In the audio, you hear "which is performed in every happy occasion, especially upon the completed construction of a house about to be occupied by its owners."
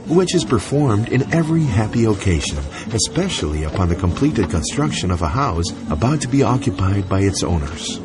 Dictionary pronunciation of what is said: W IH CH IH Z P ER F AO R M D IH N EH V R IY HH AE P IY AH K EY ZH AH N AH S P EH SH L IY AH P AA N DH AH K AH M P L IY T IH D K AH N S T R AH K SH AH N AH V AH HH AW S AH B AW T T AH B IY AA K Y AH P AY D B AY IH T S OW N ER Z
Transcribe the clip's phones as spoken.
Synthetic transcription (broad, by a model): W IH CH IH Z P ER F AO R M D IH N EH V R IY HH AE P IY AH K EY ZH AH N AH S P EH SH L IY AH P AA N DH AH K AH M P L IY T IH D K AH N S T R AH K SH AH N AH V AH HH AW S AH B AW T T AH B IY AA K Y AH P AY D B AY IH T S OW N ER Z